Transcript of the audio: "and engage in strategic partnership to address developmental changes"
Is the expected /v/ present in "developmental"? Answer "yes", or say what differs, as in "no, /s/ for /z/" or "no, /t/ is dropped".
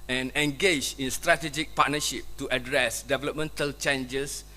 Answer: yes